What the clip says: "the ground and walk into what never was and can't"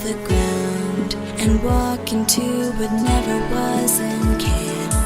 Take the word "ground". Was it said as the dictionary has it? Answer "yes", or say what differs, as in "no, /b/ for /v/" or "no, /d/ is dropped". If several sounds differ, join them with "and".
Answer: no, /ɹ/ is dropped